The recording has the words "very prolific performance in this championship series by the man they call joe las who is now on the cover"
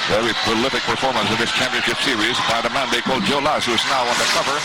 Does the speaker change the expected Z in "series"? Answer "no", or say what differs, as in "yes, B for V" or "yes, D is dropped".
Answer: no